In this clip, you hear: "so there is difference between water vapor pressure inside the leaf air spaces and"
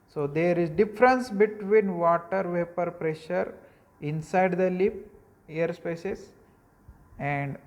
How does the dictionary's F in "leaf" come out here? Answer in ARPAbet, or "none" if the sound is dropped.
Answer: P